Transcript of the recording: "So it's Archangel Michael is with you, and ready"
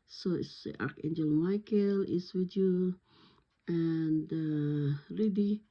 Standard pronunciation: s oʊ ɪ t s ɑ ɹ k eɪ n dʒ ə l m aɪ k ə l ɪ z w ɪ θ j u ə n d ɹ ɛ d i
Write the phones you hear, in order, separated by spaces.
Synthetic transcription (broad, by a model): s oʊ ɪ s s ɑ ɹ k eɪ n dʒ ə l m aɪ k ə l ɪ s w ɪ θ j u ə n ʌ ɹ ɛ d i